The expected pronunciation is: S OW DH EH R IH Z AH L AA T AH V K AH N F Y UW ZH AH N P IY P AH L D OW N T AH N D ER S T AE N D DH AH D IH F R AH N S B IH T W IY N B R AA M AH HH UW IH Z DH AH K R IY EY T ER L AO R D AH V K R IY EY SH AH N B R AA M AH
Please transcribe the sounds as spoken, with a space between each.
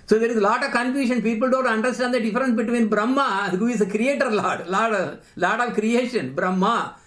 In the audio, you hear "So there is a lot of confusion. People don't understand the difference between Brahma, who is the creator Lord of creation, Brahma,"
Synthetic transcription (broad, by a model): S OW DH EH R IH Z L AA T AH V K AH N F Y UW SH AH N P IY P AH L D OW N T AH N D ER S T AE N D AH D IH F R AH N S B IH T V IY N B R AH M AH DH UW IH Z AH K R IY EY T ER L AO L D AH V K R IY EY SH AH N B R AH M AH